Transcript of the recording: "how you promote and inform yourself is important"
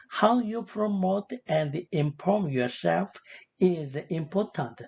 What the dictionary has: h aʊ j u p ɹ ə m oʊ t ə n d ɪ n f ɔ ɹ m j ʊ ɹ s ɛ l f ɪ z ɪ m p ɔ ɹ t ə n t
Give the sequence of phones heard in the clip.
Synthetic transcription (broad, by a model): h aʊ j u p ɹ ə m oʊ t ə n d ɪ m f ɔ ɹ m j ʊ ɹ s ɛ l f ɪ z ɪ m p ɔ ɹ t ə n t